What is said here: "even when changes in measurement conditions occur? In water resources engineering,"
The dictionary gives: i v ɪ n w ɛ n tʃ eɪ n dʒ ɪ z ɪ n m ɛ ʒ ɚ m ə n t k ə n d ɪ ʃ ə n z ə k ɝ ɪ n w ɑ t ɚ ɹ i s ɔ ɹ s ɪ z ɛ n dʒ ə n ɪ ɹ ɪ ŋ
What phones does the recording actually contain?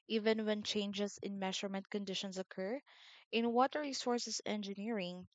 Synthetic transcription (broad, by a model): i v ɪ n w ɛ n tʃ eɪ n dʒ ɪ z ɪ n m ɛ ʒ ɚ m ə n t k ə n d ɪ ʃ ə n s ə k ɝ ɪ n w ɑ t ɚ ɹ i s ɔ ɹ s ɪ s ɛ n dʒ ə n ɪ ɹ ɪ ŋ